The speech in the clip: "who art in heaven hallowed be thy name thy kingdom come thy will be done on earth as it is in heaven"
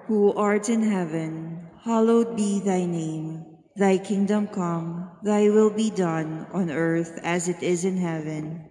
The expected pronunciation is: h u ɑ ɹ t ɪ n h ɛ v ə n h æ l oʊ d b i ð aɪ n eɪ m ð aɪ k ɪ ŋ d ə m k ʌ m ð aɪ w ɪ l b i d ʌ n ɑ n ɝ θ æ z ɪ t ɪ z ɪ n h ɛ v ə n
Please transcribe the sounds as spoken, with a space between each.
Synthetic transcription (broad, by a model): h u ɑ ɹ t ɪ n h ɛ v ə n h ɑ l oʊ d b i ð aɪ n eɪ m ð aɪ k ɪ ŋ d ə m k ʌ m ð aɪ w ɪ l b i d ʌ n ɑ n ɝ θ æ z ɪ t ɪ z ɪ n h ɛ v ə n